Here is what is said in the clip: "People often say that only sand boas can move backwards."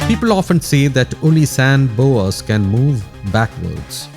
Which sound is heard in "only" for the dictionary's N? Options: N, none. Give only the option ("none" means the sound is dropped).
none